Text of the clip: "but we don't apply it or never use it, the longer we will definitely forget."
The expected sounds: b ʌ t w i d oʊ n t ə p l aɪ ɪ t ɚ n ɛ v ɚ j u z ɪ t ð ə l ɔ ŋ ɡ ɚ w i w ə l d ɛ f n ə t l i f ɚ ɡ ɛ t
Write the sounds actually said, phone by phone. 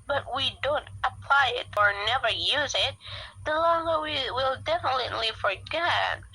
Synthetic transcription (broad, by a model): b ʌ t w i d oʊ n t ə p l aɪ ɪ t ɚ n ɛ v ɚ j u z ɪ t ð ə l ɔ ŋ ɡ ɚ w i w ə l d ɛ f n ə t l i f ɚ ɡ ɛ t